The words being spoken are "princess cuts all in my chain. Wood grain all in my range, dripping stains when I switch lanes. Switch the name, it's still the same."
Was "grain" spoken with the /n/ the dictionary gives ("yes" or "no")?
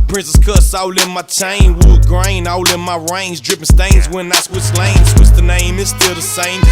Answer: yes